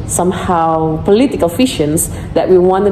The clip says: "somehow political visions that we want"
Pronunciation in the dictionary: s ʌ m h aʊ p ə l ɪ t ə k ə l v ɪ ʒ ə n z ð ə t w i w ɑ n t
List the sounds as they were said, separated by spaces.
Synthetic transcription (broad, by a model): s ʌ m h aʊ p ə l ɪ t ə k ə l f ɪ ʃ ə n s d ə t w i w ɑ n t